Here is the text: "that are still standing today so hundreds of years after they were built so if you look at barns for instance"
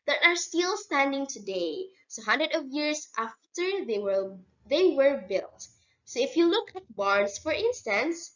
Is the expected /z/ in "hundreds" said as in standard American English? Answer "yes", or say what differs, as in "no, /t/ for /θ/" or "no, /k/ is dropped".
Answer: no, /z/ is dropped